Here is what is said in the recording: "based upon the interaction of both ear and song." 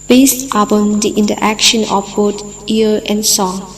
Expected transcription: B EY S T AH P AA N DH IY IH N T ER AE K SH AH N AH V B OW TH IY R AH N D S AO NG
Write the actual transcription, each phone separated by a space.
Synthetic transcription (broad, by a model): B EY S T AH P AA N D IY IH N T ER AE K SH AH N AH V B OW T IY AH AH N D S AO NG